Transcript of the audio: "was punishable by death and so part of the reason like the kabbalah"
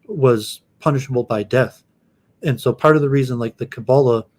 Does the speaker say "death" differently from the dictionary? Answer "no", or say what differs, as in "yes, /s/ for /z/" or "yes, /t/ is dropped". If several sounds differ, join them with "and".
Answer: no